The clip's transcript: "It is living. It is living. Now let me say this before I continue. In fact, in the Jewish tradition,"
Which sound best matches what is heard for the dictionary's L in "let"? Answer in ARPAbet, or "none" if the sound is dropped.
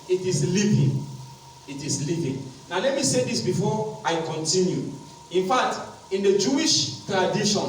L